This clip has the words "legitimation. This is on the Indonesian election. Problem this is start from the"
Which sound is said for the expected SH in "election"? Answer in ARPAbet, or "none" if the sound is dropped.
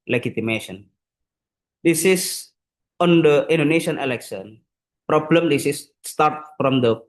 S